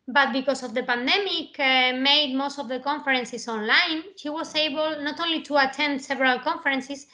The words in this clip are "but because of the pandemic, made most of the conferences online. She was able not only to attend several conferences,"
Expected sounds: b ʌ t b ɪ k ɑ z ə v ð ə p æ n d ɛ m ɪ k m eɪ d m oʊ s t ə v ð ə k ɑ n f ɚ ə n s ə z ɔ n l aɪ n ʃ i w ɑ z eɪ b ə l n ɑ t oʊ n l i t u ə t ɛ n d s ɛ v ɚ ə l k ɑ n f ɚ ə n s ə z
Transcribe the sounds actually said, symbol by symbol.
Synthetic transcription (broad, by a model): b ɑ t b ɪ k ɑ s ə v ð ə p æ n d ɛ m ɪ k m eɪ d m oʊ s t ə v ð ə k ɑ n f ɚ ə n s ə s ɔ n l aɪ n ʃ i w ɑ s eɪ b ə l n ɑ t oʊ n l i t u ə t ɛ n d s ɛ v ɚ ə l k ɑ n f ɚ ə n s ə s